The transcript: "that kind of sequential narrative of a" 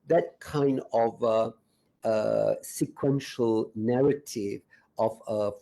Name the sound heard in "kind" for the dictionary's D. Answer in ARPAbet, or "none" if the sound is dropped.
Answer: D